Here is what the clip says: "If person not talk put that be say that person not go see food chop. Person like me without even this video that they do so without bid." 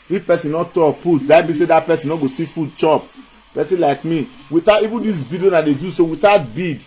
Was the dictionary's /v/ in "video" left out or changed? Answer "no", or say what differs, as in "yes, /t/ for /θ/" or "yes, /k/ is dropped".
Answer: yes, /b/ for /v/